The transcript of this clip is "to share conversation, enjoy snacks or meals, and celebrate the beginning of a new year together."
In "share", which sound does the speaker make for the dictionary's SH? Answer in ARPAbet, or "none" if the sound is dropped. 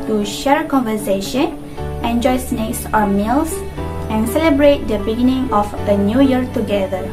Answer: SH